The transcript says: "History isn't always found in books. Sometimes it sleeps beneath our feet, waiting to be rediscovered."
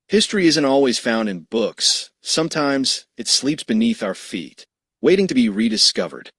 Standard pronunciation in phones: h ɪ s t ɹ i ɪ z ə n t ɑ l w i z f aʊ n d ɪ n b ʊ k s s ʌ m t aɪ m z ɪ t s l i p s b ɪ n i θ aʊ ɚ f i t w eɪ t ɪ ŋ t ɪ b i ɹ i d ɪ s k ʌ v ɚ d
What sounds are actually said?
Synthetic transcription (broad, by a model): h ɪ s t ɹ i ɪ z ə n t ɑ l w i z f aʊ n d ɪ n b ʊ k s s ʌ m t aɪ m z ɪ t s l i p s b ɪ n i θ aʊ ɚ f i t w eɪ t ɪ ŋ t ɪ b i ɹ i d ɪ s k ʌ v ɚ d